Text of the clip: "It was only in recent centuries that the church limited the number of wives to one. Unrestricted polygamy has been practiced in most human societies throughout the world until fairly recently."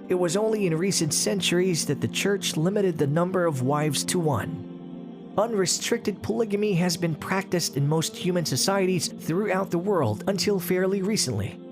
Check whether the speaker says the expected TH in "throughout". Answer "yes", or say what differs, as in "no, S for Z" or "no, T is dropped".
yes